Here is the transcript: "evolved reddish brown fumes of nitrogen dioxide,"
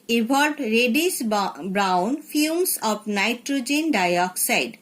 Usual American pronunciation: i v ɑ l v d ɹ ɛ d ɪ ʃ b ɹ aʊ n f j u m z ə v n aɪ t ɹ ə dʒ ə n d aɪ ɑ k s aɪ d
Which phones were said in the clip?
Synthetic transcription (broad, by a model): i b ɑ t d ɹ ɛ d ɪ s b ɹ aʊ n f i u m s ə p n aɪ t ɹ ə dʒ ə n d aɪ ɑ k s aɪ d